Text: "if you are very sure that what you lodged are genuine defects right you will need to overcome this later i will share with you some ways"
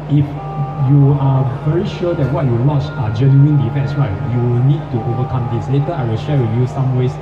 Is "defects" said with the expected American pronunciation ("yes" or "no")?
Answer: no